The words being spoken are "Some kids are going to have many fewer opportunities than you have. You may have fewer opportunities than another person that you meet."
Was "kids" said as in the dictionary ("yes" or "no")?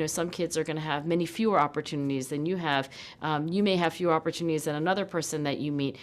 yes